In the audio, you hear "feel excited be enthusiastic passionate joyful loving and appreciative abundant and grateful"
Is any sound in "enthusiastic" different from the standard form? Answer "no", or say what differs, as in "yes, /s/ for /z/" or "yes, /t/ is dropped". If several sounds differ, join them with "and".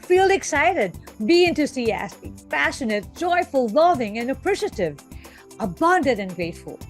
yes, /t/ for /θ/ and /s/ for /z/